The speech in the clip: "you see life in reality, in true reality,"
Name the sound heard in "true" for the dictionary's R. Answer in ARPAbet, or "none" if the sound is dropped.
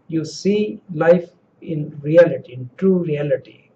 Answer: R